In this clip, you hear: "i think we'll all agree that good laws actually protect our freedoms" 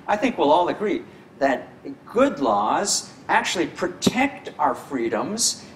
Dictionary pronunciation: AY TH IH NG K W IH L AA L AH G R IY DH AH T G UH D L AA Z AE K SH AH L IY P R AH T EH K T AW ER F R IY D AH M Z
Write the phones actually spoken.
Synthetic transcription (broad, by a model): AY TH IH NG K W IH L AA L AH G R IY DH AH T G UH D L AA Z AE K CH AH L IY P R AH T EH K T AW ER F R IY D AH M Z